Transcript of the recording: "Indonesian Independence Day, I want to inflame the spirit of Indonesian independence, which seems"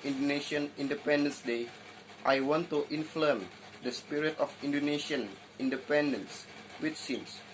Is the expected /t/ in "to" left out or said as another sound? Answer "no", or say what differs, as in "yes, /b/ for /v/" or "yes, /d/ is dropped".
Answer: no